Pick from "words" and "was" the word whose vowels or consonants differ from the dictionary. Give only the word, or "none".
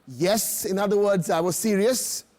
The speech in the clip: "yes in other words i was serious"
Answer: none